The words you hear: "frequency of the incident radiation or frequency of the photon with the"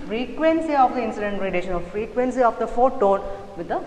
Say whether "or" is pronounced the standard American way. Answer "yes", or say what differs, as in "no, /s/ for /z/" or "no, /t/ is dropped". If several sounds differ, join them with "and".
no, /l/ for /ɹ/